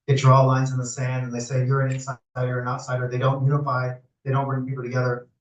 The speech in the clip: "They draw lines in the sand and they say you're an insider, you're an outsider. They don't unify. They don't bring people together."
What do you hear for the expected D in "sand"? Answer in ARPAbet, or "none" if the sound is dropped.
D